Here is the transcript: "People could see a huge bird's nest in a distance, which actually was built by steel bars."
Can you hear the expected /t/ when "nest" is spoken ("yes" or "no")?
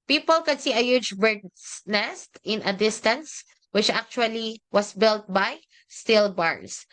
yes